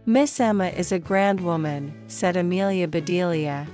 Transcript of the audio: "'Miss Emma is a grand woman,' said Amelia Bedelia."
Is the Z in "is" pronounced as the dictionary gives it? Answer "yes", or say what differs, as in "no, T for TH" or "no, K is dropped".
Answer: yes